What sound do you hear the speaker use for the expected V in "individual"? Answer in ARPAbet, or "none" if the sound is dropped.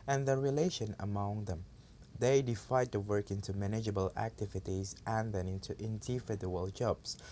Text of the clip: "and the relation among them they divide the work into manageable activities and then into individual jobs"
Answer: F